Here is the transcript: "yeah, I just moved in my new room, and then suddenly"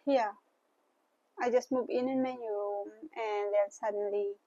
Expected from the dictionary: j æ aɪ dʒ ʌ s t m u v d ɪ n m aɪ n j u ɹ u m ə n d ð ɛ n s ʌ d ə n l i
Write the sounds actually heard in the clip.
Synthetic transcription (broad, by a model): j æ aɪ dʒ ʌ s t m u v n ɪ n m aɪ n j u ɹ u m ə n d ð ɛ l s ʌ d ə n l i